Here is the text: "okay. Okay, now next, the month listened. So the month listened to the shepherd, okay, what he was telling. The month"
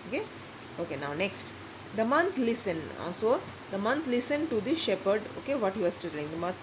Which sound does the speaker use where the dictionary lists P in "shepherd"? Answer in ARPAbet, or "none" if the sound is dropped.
P